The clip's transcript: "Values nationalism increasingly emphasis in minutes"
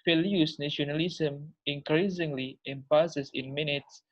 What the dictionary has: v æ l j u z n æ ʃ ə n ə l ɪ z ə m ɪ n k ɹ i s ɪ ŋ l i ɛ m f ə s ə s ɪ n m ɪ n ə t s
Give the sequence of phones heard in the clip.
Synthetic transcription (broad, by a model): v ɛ l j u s n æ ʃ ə n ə l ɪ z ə m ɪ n k ɹ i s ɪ ŋ l i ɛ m p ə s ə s ɪ n m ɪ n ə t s